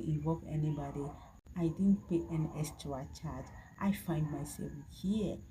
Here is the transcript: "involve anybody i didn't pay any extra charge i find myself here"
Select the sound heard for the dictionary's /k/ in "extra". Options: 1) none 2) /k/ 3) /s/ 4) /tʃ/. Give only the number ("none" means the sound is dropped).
1